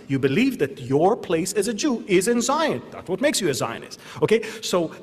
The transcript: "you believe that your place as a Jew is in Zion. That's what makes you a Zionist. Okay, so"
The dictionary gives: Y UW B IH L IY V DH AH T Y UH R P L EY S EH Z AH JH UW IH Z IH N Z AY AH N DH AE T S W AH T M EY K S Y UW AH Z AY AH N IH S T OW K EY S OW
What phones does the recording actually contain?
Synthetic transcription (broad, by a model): Y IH B IH L IY V DH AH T Y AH R P L EY S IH Z AH JH UW IH Z IH N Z AY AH N DH AE T S W AH T M EY K S Y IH AH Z AY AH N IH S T OW K EY S OW